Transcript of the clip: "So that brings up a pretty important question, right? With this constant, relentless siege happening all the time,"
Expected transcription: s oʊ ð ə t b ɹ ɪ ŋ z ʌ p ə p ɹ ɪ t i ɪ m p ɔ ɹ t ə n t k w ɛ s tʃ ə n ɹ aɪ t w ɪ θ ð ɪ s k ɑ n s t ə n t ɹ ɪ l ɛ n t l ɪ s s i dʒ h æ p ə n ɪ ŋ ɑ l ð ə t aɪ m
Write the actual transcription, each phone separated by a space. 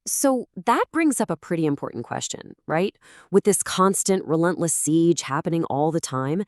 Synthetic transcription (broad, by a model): s oʊ ð ə t b ɹ ɪ ŋ z ʌ p ə p ɹ ɪ t i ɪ m p ɔ ɹ t n k w ɛ s tʃ ə n ɹ aɪ t w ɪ ð ɪ s k ɑ n s t ə n t ɹ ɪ l ɛ n t l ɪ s s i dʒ h æ p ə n ɪ ŋ ɑ l ð ə t aɪ m